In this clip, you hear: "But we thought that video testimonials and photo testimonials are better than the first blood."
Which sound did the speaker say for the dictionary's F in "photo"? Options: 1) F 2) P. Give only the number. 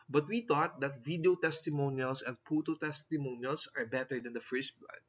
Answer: 2